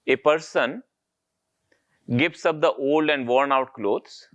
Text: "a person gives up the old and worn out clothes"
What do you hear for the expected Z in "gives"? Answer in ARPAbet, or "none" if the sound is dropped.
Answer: S